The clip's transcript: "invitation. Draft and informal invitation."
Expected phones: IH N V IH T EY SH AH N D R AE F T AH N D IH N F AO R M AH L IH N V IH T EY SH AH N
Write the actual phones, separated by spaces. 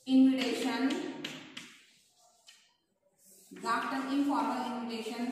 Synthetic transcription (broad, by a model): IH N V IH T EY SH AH N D AA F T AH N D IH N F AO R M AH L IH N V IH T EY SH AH N